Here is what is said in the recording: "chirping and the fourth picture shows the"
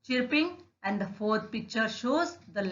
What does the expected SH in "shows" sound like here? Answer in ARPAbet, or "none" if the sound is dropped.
SH